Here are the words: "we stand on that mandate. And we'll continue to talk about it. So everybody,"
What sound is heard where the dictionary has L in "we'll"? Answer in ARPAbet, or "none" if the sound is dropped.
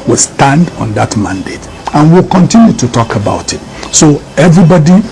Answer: L